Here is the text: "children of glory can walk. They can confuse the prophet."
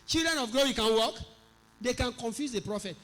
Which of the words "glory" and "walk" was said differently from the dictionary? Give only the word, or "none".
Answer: glory